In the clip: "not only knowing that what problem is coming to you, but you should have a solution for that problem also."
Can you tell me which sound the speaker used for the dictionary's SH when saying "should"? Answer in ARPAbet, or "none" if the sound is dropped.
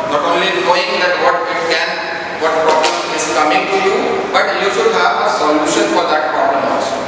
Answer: S